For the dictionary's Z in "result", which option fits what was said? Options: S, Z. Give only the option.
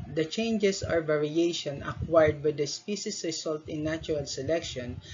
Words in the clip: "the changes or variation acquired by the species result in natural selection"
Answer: S